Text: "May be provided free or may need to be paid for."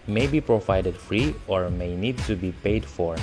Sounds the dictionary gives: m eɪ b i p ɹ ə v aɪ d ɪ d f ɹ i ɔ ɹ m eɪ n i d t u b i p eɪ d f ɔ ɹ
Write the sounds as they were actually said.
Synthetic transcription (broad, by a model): m eɪ b i p ɹ ə v aɪ d ɪ d f ɹ i ɔ ɹ m eɪ n i d t u b i p eɪ d f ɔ ɹ